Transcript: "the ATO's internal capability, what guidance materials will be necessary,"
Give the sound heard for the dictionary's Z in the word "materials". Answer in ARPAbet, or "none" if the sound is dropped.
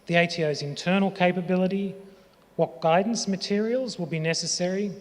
Z